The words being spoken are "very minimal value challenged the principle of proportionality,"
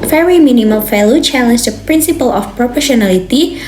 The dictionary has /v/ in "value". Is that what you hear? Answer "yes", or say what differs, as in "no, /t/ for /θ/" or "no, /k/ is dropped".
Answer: no, /f/ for /v/